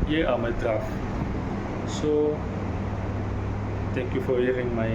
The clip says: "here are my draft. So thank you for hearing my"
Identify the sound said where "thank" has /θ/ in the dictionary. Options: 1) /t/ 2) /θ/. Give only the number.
1